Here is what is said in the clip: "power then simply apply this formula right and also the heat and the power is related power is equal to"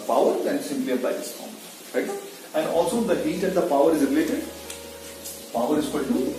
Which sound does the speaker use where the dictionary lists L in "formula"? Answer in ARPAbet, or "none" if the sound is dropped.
none